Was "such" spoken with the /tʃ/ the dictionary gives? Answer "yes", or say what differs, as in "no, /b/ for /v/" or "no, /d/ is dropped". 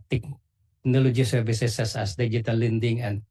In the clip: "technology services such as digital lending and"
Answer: no, /s/ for /tʃ/